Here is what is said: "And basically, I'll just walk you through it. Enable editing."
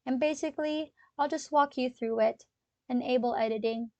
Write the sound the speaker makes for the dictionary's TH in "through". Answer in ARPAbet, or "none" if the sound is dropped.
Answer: TH